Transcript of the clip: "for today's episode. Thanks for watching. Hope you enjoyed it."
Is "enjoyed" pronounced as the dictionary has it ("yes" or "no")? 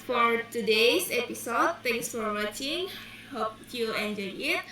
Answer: no